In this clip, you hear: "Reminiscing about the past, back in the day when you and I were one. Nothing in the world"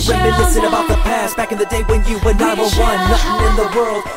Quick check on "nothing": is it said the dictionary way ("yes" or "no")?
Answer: no